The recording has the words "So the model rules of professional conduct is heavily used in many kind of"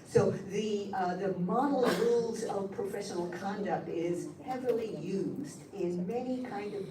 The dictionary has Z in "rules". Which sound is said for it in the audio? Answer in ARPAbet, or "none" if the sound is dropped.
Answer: Z